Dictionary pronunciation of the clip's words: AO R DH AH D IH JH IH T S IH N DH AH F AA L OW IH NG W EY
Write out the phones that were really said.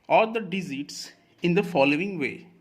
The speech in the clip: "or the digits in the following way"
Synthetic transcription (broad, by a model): AO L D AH D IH Z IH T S IH N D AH F AA L OW IH NG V EY